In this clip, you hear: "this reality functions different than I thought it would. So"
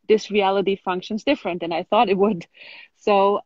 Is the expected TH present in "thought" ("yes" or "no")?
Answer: yes